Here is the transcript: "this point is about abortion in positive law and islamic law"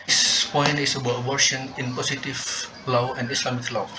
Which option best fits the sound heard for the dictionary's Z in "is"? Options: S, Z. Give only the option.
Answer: S